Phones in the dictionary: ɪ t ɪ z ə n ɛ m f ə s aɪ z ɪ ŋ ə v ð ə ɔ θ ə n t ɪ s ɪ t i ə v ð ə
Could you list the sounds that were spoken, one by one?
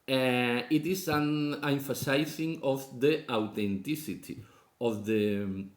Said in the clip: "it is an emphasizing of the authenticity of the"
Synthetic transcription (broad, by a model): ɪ t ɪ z ə n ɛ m f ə s aɪ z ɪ ŋ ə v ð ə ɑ t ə n t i s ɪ t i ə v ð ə